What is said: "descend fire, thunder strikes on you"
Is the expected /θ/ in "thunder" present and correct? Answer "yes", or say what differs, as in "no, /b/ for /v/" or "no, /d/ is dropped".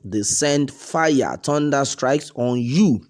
no, /t/ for /θ/